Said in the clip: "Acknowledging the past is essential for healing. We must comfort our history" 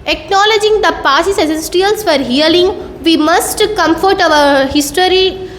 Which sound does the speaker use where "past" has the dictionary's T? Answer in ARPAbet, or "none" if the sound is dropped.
none